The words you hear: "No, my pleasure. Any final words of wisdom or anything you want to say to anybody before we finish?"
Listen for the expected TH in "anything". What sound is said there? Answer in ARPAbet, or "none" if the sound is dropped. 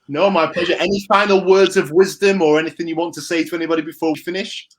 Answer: TH